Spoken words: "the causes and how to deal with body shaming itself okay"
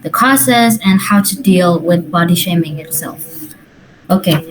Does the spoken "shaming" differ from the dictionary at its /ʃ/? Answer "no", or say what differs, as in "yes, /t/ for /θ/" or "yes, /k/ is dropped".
no